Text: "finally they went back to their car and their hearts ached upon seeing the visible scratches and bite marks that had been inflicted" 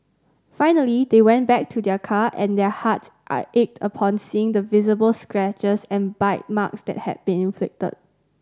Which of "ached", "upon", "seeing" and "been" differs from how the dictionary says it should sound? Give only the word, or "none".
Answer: none